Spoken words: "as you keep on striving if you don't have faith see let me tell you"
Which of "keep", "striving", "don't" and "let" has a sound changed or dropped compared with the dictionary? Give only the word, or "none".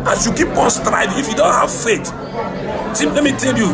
striving